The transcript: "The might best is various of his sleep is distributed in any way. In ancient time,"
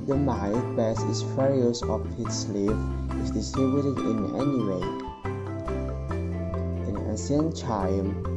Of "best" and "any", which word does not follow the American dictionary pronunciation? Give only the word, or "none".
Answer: best